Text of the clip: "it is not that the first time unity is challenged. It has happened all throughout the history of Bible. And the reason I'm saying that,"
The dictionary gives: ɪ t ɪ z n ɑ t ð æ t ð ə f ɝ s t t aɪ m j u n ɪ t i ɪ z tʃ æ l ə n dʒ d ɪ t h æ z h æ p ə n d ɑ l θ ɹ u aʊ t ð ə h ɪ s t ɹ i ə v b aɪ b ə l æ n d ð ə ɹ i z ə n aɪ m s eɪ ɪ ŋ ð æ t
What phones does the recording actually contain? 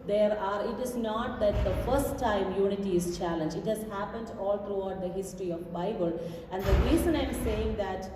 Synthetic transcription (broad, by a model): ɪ t ɪ z n ɑ t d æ t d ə f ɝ s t t aɪ m j u n ɪ t i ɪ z tʃ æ l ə n dʒ ɪ t h æ z h æ p ə n d ɑ l t ɹ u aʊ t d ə h ɪ s t ɹ i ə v b aɪ b ə l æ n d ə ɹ i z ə n aɪ m s eɪ ɪ ŋ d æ t